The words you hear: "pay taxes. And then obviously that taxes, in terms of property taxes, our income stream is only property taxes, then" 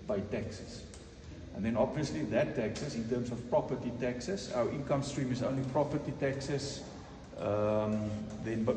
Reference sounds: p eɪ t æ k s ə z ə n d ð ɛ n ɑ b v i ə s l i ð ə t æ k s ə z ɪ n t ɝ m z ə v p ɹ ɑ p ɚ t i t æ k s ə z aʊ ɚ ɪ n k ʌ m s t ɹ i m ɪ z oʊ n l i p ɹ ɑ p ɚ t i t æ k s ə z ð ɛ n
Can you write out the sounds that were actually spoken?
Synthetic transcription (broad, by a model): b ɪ t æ k s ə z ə n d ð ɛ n ɑ b v i ə s l i ð ə t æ k s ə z ɪ n t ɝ m s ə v p ɹ ɑ p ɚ t i t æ k s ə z aʊ ɚ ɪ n k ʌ m s t ɹ i m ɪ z oʊ n l i p ɹ ɑ p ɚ t i t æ k s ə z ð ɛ n